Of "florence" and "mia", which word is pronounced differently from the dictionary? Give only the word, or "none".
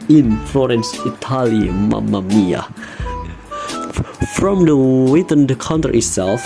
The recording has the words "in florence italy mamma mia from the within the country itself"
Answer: none